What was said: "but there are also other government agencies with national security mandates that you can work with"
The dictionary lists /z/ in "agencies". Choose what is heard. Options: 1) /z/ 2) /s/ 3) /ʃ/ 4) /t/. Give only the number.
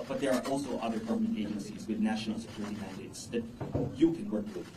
1